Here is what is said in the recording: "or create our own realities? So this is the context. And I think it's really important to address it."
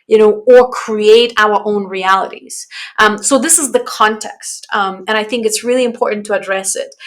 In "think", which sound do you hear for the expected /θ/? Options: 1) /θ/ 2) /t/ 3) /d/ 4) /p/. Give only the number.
1